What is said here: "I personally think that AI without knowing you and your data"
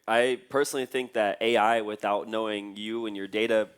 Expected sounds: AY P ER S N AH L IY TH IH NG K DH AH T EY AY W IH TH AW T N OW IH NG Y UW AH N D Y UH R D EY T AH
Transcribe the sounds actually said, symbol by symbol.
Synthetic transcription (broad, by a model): AY P ER S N L IY TH IH NG K DH AH T EY AY W IH TH AW T N OW IH NG Y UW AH N Y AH R D EY T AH